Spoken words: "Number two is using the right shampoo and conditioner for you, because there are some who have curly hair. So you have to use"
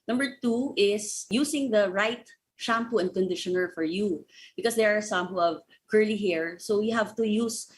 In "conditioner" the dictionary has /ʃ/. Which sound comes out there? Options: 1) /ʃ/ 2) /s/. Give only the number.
1